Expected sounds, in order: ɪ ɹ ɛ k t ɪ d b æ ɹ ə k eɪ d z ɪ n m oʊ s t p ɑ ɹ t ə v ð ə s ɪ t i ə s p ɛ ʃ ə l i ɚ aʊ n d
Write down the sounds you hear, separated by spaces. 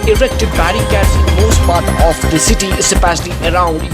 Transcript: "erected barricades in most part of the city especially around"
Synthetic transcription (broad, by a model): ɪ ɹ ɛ k t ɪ d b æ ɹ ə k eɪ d s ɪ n m oʊ s t p ɑ ɹ t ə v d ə s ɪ t i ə p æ s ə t i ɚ aʊ n d